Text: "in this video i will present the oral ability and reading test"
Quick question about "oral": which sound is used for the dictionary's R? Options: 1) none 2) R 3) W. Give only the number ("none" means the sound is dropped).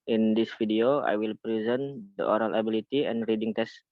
2